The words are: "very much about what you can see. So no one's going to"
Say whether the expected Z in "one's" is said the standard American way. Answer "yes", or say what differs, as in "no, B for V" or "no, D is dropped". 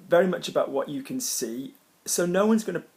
yes